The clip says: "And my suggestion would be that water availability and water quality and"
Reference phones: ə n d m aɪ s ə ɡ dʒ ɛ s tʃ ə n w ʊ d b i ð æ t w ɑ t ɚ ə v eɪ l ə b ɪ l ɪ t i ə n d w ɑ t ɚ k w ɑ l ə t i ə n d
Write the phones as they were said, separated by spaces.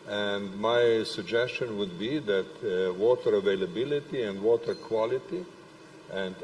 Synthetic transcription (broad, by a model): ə n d m aɪ s ə ɡ dʒ ɛ s tʃ ə n w ʊ d b i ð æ t w ɑ t ɚ ə v eɪ l ə b ɪ l ɪ t i ə n d w ɑ t ɚ k w ɑ l ə t i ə n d